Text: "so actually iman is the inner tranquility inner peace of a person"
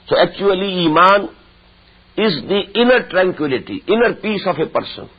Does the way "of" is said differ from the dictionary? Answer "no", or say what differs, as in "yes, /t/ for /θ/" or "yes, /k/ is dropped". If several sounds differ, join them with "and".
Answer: yes, /f/ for /v/